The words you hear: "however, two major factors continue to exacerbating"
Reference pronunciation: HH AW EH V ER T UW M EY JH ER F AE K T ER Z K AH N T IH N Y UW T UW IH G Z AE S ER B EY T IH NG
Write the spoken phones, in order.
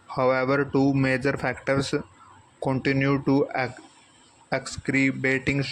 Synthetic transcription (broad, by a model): HH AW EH V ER T UW M EY JH ER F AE K T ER S K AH N T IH N Y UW T UW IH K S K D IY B EY T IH NG